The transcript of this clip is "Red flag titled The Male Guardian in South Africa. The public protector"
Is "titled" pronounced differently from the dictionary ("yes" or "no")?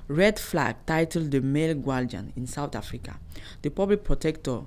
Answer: no